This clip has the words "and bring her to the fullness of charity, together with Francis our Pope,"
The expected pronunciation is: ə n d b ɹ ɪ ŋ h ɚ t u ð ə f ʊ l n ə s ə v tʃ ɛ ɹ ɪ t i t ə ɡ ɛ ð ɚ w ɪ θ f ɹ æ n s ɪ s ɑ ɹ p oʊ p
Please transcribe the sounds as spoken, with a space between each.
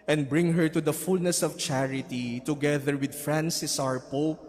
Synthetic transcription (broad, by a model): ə n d b ɹ ɪ ŋ h ɚ t u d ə f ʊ l n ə s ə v tʃ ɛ ɹ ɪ t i t ə ɡ ɛ ð ɚ w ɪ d f ɹ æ n s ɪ s ɑ ɹ p oʊ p